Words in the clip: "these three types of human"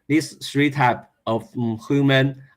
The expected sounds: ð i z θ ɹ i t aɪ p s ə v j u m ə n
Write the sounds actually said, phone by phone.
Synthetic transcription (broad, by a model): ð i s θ ɹ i t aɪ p ə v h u m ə n